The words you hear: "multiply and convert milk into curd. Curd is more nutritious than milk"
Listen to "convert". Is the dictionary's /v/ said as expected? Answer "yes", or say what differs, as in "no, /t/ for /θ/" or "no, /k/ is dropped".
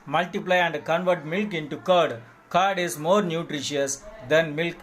yes